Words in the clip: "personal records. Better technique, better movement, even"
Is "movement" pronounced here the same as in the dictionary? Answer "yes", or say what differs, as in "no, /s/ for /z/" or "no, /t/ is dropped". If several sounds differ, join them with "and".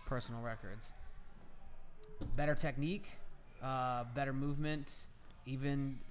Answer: yes